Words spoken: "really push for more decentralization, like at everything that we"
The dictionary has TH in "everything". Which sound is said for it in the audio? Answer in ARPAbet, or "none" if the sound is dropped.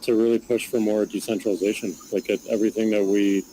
TH